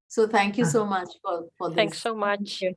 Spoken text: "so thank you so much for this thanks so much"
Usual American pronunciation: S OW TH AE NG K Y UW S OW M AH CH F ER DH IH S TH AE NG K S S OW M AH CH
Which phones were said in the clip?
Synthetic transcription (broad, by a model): S OW T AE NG K Y UW S OW M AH CH F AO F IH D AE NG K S S OW M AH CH